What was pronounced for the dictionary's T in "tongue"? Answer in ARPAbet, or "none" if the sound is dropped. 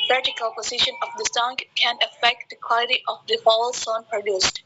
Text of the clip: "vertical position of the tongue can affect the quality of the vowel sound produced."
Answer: S